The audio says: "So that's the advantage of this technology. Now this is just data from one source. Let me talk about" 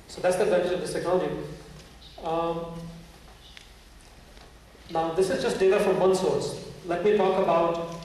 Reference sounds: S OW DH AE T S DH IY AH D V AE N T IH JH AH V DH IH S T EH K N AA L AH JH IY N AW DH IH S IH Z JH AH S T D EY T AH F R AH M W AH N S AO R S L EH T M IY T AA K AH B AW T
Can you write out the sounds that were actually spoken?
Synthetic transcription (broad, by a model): S OW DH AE T S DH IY AH D V AE N T IH JH AH V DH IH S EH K AA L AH IY N AW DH IH S IH Z JH AH S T D EY T AH F R AH M W AH N S AO R S L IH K M IY T AA K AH B AW T